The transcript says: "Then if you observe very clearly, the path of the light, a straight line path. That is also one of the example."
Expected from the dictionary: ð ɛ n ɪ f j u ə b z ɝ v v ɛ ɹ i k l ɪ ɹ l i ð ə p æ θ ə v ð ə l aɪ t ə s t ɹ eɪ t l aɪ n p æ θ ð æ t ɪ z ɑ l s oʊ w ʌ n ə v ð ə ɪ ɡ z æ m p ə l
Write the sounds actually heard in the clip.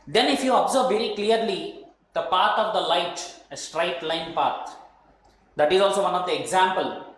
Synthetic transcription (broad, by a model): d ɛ n ɪ f j u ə b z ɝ b v ɛ ɹ i k l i ɹ l i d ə p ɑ t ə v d ə l aɪ t ə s t ɹ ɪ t l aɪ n p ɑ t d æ t ɪ z ɑ l s oʊ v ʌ n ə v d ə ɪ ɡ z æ m p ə l